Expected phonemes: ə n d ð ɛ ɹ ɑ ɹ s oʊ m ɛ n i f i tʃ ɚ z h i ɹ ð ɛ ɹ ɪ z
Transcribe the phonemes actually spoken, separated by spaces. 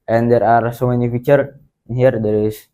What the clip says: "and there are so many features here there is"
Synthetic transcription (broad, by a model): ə n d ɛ ɹ ɑ ɹ s oʊ m ɛ n i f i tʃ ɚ h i ɹ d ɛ ɹ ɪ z